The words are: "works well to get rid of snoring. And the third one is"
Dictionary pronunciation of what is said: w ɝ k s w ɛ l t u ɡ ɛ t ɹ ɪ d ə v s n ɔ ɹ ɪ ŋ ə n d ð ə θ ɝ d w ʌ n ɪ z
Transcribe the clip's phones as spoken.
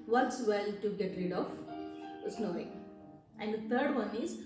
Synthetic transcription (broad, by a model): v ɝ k s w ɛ l t u ɡ ɛ t ɹ ɪ d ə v s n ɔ ɪ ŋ ə n d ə t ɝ d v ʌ n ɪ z